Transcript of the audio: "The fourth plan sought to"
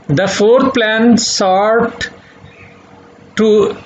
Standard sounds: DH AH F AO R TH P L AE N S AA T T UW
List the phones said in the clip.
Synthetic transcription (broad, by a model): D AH F AO R T P L AE N S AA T T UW